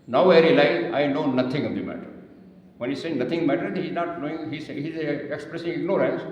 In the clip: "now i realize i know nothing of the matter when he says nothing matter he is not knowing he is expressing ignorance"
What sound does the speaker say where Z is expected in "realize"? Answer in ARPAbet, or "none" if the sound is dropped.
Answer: none